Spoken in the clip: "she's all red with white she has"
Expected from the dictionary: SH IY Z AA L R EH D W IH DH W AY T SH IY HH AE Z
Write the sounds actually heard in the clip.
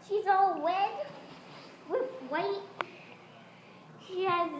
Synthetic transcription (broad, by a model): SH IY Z AA L W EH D W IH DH W AY T SH IY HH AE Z